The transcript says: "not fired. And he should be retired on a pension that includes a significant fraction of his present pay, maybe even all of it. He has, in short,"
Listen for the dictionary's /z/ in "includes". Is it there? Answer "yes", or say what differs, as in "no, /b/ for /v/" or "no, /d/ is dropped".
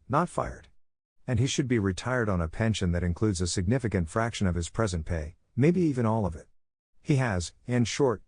yes